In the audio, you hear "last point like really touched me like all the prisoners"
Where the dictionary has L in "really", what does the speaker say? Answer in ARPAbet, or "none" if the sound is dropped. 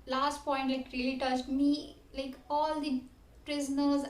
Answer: none